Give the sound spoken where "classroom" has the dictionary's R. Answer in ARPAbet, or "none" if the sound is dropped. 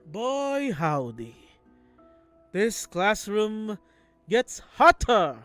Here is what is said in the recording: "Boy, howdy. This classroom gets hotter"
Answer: R